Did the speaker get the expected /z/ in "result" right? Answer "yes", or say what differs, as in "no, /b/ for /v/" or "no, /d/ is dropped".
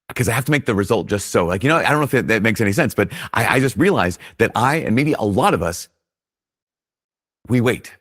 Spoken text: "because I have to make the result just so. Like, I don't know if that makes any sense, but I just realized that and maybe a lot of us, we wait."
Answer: yes